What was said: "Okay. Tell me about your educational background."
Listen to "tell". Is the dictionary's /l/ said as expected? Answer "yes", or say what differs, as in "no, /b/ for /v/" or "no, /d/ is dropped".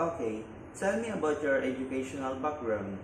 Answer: no, /n/ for /l/